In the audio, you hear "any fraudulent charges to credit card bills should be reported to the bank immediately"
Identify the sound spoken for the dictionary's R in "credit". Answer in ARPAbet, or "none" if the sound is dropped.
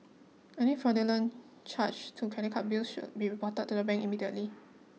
none